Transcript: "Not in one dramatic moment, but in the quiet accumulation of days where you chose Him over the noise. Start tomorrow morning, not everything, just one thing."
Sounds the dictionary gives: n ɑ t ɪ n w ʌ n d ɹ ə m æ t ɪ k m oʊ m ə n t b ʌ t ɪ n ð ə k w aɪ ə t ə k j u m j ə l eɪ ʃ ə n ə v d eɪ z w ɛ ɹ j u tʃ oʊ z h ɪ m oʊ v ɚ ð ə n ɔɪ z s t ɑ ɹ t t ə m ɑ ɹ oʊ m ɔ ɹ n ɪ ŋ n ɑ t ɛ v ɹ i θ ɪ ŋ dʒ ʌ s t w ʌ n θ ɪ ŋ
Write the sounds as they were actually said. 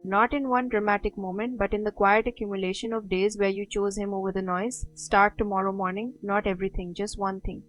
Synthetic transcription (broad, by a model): n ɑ t ɪ n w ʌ n d ɹ ə m æ t ɪ k m oʊ m ə n t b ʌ t ɪ n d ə k w aɪ ə t ə k j u m j ə l eɪ ʃ ə n ə v d eɪ z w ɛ ɹ j u tʃ oʊ z h ɪ m oʊ v ɚ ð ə n ɔɪ z s t ɑ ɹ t t ə m ɑ ɹ oʊ m ɔ ɹ n ɪ ŋ n ɑ t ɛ v ɹ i t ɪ ŋ dʒ ʌ s t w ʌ n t ɪ ŋ